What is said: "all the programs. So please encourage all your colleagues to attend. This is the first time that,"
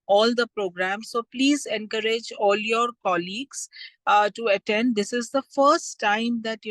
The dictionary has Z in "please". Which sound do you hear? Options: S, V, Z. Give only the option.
Z